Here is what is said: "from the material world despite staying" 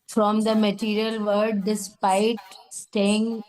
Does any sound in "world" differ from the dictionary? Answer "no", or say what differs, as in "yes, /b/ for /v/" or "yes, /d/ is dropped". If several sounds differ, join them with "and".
yes, /l/ is dropped